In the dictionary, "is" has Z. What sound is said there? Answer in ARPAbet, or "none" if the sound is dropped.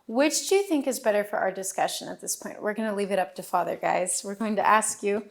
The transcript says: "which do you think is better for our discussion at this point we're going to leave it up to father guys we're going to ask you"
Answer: Z